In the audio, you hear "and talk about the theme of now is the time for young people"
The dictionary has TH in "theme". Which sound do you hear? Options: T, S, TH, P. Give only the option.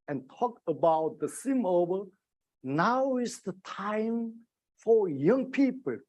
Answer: S